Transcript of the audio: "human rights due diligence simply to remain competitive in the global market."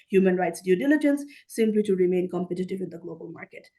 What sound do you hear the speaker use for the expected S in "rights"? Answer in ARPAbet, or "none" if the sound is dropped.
S